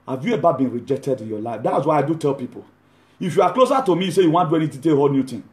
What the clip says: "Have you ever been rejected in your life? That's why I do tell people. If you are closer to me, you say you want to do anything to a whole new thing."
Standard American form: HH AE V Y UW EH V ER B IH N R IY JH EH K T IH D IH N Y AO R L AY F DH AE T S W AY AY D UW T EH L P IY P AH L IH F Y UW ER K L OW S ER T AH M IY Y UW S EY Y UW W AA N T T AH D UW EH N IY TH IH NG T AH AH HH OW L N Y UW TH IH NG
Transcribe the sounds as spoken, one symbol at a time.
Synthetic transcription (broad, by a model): HH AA V Y UW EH B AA B IH N R IY JH EH K T IH D IH N Y AO L AY F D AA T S W AY AY D UW T EH L P IY P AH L IH F Y UW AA K L OW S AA T AH M IY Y S EY Y UW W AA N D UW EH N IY T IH T AH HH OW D N Y UW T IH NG